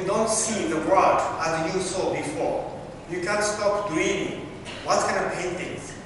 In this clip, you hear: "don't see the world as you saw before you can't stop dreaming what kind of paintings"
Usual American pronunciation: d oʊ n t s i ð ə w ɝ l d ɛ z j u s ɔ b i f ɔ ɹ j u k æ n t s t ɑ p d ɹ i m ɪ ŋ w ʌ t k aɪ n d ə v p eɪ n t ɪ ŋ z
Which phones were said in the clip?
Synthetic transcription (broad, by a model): d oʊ n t s i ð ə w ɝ d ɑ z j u s ɔ b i f ɔ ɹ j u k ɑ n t s t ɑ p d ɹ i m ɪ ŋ w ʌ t k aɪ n ə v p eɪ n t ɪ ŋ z